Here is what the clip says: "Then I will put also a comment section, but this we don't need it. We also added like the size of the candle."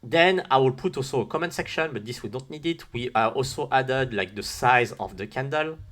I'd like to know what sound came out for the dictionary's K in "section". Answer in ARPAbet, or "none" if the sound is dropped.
K